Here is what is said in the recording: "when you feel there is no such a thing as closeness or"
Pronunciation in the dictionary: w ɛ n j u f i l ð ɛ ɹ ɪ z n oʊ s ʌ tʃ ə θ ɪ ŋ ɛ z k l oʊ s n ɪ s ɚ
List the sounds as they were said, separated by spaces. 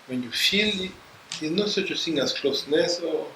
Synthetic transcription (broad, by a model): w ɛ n j u f i l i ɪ n oʊ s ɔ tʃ ə s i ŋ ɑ s k l oʊ s n ɪ s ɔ